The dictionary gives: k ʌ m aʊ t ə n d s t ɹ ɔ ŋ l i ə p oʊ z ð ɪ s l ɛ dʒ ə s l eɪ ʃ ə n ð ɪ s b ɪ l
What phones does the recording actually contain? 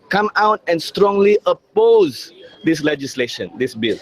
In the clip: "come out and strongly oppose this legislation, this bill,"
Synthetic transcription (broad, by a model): k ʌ m aʊ t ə n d s t ɹ ɔ ŋ l i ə p oʊ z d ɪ s l ɛ dʒ ə s l eɪ ʃ ə n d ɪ s b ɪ l